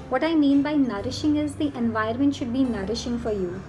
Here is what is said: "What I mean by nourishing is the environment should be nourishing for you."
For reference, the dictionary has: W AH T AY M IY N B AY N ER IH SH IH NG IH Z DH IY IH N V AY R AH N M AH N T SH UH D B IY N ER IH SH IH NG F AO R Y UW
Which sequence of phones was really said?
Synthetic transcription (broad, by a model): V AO T AY M IY N B AY N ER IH SH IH NG IH Z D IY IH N V AY AH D M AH N T SH UH D B IY N ER IH SH IH NG F AO R Y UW